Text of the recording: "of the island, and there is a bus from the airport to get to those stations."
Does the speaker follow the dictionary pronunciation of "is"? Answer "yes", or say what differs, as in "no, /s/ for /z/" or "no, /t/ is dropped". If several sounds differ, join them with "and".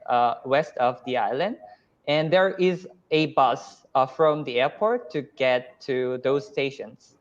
yes